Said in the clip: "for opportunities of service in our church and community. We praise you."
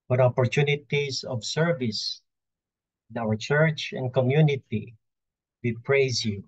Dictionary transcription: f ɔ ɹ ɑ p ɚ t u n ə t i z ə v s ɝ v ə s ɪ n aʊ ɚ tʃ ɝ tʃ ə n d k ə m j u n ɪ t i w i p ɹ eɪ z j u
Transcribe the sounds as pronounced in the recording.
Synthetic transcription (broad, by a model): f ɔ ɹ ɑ p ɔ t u n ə t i s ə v s ɝ v ə s ɪ n aʊ ɚ tʃ ɝ tʃ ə n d k ə m j u n ɪ t i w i p ɹ eɪ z j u